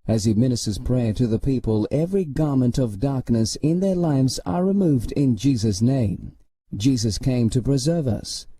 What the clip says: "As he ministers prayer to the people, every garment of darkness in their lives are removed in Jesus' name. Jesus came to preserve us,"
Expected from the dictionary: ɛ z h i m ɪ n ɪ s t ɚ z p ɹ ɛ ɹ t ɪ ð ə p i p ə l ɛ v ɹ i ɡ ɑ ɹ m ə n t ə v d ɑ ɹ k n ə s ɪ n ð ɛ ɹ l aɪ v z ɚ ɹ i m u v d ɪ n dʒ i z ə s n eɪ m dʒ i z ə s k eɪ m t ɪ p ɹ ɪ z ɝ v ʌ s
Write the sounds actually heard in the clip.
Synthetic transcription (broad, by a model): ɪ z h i m ɪ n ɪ s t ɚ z p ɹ ɛ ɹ t ɪ ð ə p i p ə l ɛ v ɹ i ɡ ɑ ɹ m ə n t ə v d ɑ ɹ k n ə s ɪ n ð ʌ ɹ l aɪ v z ɚ ɹ i m u v d ɪ n dʒ i z ə s n eɪ m dʒ i z ə s k eɪ m t ɪ p ɹ ɪ z ɝ v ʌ s